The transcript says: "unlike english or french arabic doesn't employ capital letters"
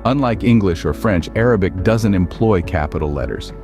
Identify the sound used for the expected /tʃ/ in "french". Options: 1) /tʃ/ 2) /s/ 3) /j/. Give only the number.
1